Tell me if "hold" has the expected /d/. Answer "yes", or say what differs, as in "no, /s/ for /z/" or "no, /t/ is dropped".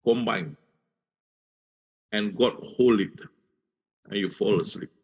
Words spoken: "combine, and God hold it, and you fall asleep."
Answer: no, /d/ is dropped